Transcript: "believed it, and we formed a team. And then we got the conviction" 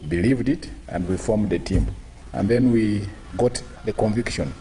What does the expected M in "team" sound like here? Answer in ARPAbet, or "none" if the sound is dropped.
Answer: M